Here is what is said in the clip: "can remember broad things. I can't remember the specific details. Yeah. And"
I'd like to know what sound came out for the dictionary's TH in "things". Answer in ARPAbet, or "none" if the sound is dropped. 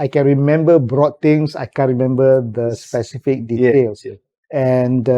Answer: T